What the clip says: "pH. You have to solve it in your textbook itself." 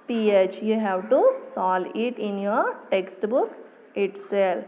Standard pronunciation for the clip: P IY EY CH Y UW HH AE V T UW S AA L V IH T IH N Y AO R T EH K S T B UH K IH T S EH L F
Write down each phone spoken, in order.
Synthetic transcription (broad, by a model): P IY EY CH Y UW HH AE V T UW S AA L IH T IH N Y AO R T EH K S T B UH K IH T S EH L